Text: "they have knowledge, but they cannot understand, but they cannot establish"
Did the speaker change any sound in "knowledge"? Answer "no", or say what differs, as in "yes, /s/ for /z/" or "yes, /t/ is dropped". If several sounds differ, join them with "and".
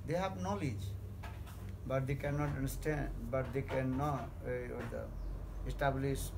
no